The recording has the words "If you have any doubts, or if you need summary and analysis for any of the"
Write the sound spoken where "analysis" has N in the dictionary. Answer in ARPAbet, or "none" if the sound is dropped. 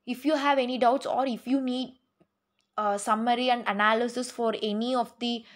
N